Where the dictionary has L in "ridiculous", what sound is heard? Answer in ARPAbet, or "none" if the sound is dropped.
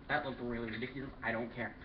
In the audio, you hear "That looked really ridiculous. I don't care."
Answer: none